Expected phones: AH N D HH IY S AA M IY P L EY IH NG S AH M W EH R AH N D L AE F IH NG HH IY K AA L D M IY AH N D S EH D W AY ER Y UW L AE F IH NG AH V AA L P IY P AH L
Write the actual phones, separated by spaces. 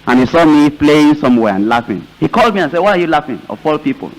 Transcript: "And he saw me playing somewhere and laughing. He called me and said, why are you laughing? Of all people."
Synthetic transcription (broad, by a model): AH N HH IY S AA M IY P L EY IH NG S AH M W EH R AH N L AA F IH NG HH IY K AA L D M IY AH N S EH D W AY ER Y UW L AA F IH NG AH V AA L P IY P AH L